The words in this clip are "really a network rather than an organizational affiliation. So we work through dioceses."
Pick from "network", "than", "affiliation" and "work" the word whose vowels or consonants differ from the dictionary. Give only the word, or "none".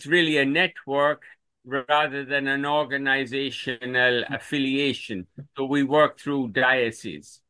none